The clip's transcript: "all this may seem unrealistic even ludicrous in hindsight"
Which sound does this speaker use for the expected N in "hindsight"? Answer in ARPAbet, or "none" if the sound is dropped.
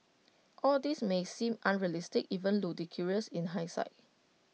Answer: none